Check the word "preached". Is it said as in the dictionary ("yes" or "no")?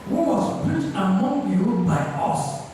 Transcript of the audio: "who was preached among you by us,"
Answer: no